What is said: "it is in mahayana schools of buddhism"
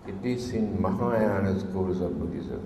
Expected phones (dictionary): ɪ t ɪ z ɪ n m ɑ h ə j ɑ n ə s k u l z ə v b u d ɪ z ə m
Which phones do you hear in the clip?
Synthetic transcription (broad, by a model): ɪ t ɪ s ɪ n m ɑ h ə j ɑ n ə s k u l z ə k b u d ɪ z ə